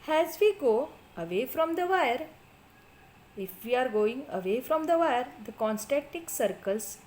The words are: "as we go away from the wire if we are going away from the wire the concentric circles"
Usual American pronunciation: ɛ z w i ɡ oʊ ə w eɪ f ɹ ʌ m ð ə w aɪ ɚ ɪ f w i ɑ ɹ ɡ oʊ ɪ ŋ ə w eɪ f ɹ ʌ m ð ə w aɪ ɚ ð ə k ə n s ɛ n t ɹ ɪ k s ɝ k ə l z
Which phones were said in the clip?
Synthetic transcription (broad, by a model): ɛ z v i ɡ oʊ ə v eɪ f ɹ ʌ m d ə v aɪ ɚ ɪ f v i ɑ ɹ ɡ oʊ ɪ ŋ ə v eɪ f ɹ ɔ m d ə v aɪ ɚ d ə k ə n s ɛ t ɪ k s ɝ k ə l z